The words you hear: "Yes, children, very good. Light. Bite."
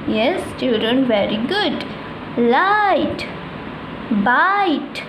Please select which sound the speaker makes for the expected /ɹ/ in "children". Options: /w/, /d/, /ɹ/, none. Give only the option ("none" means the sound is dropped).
none